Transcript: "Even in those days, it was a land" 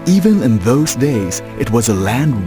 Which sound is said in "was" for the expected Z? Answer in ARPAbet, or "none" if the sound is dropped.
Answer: Z